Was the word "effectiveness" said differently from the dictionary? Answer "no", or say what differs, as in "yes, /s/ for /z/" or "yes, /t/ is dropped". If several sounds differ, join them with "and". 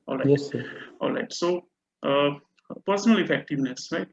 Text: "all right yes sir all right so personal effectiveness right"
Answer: no